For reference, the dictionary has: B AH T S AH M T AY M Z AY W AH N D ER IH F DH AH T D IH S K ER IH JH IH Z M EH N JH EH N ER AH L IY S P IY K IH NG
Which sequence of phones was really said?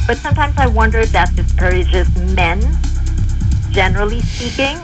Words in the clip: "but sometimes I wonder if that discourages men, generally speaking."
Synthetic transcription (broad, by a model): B AH T S AH M T AY M Z AY W AH N D ER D DH AH T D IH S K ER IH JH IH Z M EH N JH EH N ER L IY S P IY K IH NG